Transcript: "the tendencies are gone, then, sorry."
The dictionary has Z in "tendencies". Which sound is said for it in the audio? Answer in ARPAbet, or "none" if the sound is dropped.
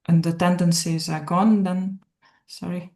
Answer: Z